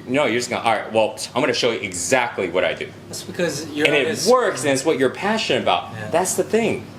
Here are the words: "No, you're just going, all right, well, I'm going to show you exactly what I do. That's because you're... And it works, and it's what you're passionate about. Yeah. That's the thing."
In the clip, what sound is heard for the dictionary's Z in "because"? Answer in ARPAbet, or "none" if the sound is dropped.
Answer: Z